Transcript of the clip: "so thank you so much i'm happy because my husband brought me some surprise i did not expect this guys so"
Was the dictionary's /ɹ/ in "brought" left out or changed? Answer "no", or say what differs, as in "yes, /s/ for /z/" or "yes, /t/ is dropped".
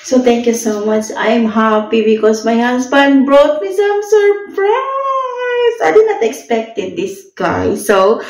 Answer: no